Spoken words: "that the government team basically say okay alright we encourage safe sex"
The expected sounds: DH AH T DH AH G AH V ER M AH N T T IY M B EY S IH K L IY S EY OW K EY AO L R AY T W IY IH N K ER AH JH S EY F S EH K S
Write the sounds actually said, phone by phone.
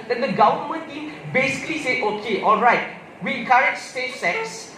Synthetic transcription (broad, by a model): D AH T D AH G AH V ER M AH N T T IY M B EY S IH K L IY S EY OW K EY AO L R AY T W IY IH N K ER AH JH S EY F S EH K S